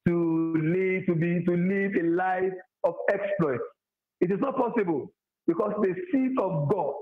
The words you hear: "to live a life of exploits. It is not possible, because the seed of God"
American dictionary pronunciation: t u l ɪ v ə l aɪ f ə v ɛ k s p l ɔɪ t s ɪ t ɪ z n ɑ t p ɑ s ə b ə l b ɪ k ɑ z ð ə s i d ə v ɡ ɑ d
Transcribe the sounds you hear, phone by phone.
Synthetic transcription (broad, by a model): t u l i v ə l aɪ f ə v ɛ k s p l ɔɪ t s ɪ t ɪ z n ɑ t p ɑ s ə b ə l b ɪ k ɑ s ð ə s i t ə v ɡ ɑ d